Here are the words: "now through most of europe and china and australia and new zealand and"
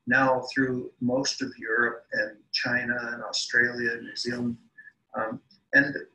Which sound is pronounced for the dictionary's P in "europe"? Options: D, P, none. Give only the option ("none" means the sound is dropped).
P